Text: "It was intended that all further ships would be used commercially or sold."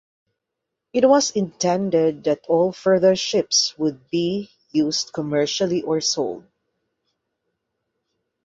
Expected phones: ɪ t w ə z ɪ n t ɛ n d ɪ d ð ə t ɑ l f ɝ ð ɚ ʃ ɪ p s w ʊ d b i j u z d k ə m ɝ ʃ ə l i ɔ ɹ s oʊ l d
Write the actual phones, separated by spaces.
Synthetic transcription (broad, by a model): ɪ t w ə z ɪ n t ɛ n d ɪ d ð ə t ɑ l f ɝ ð ɚ ʃ ɪ p s w ʊ d b i j u s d k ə m ɝ ʃ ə l i ɔ ɹ s oʊ l d